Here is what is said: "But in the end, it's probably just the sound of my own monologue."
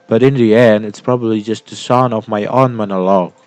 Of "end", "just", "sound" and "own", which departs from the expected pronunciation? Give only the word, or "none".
sound